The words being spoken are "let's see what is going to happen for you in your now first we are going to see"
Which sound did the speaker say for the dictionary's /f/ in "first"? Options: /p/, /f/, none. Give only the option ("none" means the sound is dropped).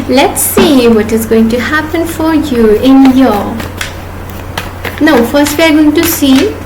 /f/